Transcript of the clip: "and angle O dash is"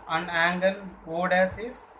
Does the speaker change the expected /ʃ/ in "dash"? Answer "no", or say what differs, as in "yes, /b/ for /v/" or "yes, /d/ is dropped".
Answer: yes, /s/ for /ʃ/